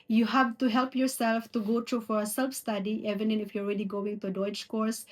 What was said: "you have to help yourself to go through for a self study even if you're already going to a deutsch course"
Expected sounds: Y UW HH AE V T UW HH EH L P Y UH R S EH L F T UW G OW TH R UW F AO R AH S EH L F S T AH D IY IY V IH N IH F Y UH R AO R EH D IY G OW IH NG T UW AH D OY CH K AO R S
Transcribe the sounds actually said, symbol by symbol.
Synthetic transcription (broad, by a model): Y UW HH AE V T UW HH EH L P Y UH R S EH L F T UW G OW T R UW F AO R AH S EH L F S T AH D IY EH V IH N IH F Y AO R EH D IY G OW IH NG T UW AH D OY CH K AO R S